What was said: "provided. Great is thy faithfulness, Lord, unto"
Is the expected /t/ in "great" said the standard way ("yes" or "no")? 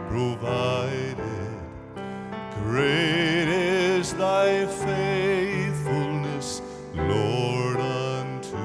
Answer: yes